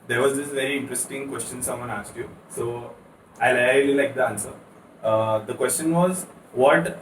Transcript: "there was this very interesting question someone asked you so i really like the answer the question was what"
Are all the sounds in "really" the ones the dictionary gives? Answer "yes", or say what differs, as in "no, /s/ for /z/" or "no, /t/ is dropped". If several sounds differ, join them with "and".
no, /l/ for /ɹ/